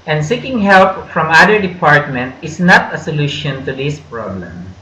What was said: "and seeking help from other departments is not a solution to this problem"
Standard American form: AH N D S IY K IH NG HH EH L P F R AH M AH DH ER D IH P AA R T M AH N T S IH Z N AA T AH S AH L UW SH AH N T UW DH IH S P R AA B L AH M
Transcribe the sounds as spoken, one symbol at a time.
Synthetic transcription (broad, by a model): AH N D S IY K IH NG HH EH L P F R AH M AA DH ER D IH P AA R T M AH N T IH S N AA T AH S AH L UW SH AH N T UW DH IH S P R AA B L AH M